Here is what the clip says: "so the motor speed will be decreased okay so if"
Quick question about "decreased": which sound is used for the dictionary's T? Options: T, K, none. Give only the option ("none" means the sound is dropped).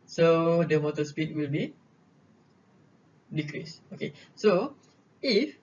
none